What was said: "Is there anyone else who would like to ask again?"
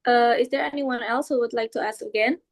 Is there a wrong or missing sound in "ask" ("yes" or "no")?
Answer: no